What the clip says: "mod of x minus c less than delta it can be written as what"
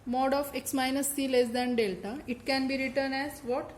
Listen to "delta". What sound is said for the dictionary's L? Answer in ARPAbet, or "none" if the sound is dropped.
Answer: L